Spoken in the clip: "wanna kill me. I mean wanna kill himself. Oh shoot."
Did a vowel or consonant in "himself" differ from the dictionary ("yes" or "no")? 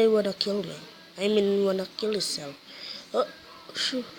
yes